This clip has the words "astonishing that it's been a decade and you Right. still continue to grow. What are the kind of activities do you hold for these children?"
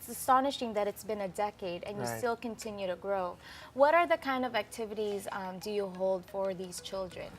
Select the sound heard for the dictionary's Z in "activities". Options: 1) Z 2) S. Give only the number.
1